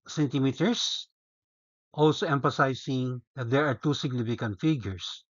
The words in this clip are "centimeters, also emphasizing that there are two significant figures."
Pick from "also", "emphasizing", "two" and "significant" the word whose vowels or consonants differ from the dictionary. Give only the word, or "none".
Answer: emphasizing